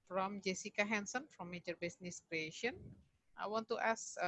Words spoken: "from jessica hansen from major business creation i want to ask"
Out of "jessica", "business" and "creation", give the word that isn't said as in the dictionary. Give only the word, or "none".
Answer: business